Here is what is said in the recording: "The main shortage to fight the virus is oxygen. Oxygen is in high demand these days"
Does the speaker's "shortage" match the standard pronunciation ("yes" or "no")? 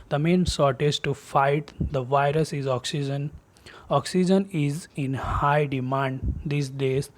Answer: no